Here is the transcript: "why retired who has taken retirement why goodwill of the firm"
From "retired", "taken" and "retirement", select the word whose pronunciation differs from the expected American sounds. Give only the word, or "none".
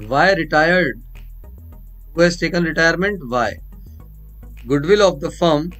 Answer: none